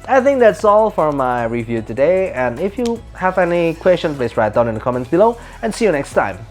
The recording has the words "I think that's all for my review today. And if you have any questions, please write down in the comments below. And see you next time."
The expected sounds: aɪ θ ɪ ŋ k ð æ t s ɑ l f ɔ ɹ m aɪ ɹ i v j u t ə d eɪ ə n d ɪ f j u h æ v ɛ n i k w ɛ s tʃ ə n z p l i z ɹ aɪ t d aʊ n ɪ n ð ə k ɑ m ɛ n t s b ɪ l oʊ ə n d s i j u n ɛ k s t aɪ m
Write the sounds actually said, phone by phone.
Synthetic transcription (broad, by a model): aɪ θ ɪ ŋ k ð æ t s ɑ l f ɔ ɹ m aɪ ɹ i v j u t ə d eɪ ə n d ɪ f j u h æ v ɛ n i k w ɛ s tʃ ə n p l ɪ s ɹ aɪ t d aʊ n ɪ n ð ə k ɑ m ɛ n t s b ɪ l oʊ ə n s i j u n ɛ k s t aɪ m